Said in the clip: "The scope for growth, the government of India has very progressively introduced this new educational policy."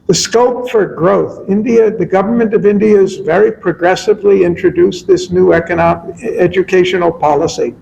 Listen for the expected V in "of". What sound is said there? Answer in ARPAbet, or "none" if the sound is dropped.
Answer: V